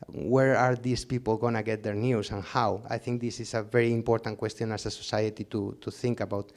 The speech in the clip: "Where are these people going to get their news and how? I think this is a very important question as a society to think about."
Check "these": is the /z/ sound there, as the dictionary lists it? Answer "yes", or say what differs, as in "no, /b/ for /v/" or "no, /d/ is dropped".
no, /s/ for /z/